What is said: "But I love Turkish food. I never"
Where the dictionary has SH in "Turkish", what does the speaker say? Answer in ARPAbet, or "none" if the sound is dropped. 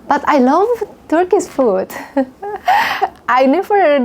S